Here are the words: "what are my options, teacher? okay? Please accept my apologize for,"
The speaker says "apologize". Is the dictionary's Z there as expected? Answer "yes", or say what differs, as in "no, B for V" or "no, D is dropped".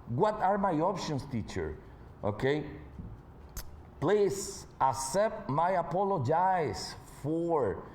no, S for Z